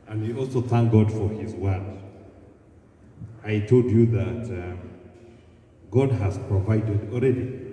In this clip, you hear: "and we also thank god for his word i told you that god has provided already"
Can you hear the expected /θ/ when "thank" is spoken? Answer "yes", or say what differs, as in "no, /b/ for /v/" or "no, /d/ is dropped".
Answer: yes